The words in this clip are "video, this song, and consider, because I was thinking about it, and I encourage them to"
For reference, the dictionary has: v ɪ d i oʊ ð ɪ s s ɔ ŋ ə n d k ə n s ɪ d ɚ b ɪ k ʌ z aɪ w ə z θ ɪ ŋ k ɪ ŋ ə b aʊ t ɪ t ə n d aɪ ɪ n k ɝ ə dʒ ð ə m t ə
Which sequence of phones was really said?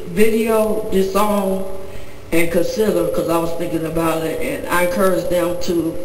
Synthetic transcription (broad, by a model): v ɪ d i oʊ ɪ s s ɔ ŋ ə n k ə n s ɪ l ɚ k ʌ z aɪ w ə z θ ɪ ŋ k ɪ ŋ ə b aʊ t ɪ t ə n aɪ ɪ k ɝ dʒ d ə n t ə